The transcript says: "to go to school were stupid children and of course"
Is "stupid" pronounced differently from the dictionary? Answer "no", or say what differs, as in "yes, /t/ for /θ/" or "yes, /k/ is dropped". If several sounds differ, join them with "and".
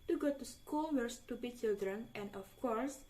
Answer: yes, /b/ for /p/